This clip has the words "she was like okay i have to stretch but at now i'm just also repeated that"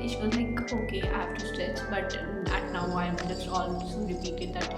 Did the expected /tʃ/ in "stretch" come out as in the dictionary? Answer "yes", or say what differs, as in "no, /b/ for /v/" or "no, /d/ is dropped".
no, /s/ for /tʃ/